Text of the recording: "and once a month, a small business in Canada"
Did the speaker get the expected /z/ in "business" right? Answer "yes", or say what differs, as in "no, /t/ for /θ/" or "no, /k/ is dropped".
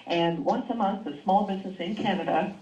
yes